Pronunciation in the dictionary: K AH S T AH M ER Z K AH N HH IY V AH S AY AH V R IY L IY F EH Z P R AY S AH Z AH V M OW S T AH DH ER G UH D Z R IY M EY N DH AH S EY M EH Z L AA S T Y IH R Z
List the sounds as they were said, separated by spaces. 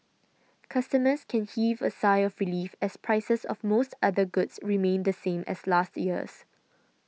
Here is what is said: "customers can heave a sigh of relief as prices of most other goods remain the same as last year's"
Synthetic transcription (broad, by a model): K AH S T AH M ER S K AH N HH IY V AH S AY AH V R IY L IY F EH S P R AY S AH S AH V M OW S T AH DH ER G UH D S R IY M EY N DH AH S EY M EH S L AA S T Y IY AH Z